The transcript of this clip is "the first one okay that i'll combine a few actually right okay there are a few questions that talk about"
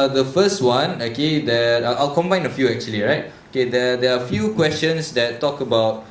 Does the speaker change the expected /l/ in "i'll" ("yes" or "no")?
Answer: no